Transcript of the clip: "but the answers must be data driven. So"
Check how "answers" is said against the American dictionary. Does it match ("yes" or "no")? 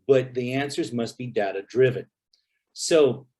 yes